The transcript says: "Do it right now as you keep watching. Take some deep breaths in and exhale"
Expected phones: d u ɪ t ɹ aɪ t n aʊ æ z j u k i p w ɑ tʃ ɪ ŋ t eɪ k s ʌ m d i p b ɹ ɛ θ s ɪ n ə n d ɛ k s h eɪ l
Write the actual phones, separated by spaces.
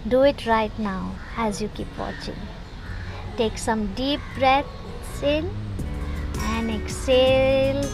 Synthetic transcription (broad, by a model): d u ɪ t ɹ aɪ t n aʊ æ z j u k i p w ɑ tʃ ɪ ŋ t eɪ k s ʌ m d i p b ɹ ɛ t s ɪ n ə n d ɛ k s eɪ l